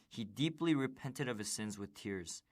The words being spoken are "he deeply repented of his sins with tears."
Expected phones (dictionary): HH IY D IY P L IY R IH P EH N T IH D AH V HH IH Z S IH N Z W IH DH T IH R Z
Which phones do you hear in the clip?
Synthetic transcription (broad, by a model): HH IY D IY P L IY R IH P EH N T IH D AH V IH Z S IH N Z W IH DH T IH R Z